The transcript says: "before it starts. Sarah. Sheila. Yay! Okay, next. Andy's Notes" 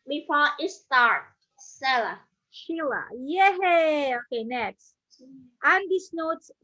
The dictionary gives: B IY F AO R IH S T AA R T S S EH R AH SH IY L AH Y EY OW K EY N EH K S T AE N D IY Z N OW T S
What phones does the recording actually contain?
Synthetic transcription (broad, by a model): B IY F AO IH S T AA R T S S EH L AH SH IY L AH Y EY OW K EY N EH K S T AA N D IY S N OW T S